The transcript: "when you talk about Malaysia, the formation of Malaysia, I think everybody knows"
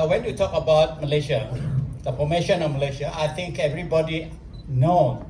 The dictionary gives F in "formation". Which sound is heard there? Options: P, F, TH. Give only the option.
P